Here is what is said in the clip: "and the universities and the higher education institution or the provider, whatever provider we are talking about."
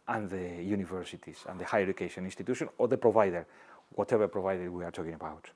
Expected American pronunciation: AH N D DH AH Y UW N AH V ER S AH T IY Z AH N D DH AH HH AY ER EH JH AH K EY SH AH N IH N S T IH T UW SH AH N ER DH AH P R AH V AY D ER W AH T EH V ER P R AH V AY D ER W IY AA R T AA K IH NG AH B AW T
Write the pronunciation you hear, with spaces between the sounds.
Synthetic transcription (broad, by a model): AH N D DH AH Y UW N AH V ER S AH T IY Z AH N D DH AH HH AY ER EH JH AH K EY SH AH N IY N S T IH T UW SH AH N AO DH AH P R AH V AY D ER W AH T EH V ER P R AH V AY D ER W IY AA R T AA K IH NG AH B AW T